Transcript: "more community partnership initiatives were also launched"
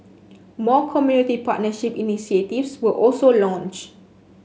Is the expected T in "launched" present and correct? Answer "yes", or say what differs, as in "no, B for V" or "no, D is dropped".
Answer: no, T is dropped